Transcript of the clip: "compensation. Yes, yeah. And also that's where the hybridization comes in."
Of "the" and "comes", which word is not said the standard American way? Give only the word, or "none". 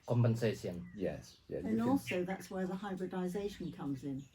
none